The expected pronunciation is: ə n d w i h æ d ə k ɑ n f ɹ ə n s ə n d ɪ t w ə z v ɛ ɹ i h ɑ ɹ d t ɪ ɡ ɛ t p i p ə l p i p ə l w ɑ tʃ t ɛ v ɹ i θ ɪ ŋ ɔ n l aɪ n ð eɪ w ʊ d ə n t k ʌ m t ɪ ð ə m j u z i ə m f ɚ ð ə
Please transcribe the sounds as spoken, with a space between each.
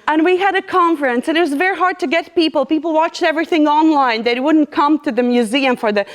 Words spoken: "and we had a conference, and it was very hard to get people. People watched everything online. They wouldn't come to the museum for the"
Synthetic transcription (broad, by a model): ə n w i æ d ə k ɑ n f ɹ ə n s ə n ɪ t w ə z v ɛ ɹ i h ɑ ɹ d t ɪ ɡ ɛ t p i p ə l p i p l w ɑ tʃ t ɛ v ɹ i θ ɪ ŋ ɔ n l aɪ n ð eɪ w ʊ d n k ʌ m t ɪ ð ə m j u z i ə m f ɚ ð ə